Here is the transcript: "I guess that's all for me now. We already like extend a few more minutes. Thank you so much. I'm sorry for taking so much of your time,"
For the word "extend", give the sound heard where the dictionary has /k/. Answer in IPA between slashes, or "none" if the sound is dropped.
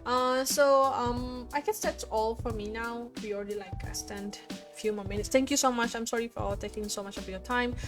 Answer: none